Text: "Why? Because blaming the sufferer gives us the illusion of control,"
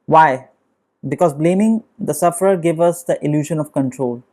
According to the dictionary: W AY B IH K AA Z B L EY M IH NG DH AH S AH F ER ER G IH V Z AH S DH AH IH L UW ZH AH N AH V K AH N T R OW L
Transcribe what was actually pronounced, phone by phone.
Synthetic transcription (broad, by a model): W AY B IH K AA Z B L EY M IH NG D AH S AH F ER ER G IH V AH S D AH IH L UW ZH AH N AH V K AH N T R OW L